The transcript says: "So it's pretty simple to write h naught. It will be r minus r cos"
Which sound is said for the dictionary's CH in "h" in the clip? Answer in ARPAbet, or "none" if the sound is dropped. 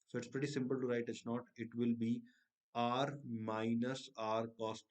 S